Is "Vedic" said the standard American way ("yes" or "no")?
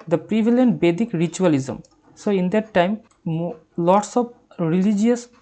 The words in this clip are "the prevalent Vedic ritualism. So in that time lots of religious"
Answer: no